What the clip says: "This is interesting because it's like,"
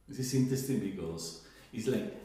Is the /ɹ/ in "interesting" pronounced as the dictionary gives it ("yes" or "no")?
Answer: no